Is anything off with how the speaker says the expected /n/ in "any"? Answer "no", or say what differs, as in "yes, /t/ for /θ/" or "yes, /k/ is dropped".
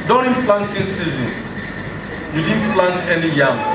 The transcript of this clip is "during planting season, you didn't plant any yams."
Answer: no